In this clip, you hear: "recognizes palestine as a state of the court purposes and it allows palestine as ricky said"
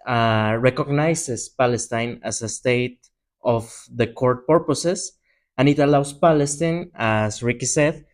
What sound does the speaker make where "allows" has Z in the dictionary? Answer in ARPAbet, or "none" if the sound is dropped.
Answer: S